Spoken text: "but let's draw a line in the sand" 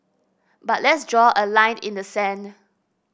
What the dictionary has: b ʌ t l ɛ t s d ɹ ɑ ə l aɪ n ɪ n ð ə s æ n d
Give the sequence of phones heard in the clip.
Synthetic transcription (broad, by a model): b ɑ t l ɛ t s d ɹ ɑ ə l aɪ n ɪ n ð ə s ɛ n